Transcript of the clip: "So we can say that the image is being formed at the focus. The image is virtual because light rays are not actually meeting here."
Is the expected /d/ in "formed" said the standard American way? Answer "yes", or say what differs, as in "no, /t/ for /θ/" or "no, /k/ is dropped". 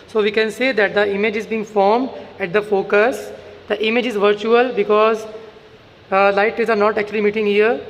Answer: yes